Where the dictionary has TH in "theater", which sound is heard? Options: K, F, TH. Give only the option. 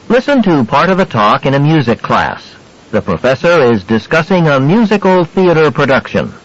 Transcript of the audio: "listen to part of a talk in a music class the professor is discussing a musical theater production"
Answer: TH